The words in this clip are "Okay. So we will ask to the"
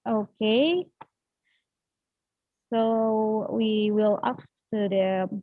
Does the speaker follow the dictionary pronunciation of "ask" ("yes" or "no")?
no